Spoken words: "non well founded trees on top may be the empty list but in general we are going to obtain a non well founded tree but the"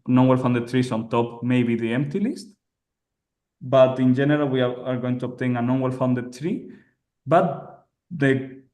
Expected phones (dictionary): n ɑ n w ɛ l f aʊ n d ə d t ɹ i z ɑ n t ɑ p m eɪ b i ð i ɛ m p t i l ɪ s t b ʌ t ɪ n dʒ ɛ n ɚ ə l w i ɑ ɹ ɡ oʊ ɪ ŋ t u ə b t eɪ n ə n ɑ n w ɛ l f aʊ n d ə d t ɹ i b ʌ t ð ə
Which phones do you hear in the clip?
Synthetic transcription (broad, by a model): n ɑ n w ɛ l f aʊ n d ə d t ɹ i s ɑ n t ɑ p m eɪ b i ð i ɛ m p t i l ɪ s t b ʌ t ɪ n dʒ ɛ n ɚ ə l w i ɑ ɹ ɡ oʊ ɪ ŋ t u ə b t eɪ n ə n ɑ n w ɛ l f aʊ n d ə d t ɹ i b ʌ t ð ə